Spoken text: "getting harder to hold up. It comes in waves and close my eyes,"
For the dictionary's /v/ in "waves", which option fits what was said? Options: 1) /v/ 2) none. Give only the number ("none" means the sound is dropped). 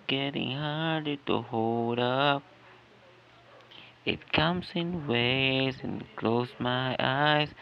2